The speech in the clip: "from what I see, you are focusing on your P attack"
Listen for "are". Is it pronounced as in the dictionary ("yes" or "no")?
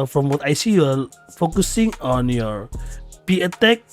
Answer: no